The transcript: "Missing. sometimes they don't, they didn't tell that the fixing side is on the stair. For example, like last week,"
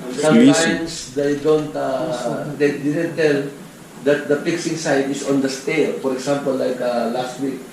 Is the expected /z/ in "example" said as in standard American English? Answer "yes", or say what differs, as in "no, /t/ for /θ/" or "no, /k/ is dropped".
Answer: no, /s/ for /z/